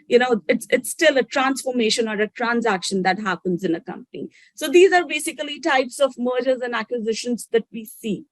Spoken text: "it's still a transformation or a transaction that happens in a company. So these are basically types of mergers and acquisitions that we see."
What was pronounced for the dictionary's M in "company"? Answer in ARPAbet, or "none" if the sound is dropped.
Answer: M